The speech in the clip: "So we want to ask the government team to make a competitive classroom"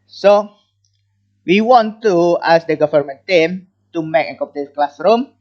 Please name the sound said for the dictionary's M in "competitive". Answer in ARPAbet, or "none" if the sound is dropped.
none